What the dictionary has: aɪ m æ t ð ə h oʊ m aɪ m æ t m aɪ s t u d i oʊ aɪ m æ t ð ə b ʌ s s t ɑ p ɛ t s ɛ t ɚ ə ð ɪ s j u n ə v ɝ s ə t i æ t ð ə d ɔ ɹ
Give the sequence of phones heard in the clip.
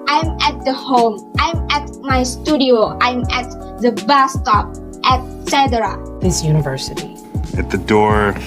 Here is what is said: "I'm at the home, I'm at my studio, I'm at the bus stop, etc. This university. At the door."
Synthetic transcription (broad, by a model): aɪ m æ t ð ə h oʊ m aɪ m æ t m aɪ s t u d i oʊ aɪ m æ t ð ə b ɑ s s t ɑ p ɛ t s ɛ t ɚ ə ð ɪ s j u n ə v ɝ s ə t i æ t ð ə d ɔ ɹ